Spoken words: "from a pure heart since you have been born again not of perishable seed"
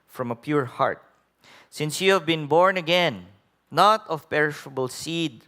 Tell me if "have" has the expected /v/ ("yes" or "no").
yes